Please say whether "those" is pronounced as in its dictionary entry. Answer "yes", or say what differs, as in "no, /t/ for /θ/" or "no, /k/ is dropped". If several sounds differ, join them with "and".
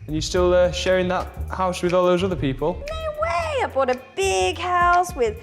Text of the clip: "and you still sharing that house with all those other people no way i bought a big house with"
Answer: yes